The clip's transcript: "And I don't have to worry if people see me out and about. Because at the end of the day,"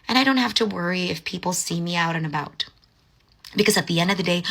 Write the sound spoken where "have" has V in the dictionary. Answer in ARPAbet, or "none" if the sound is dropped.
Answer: F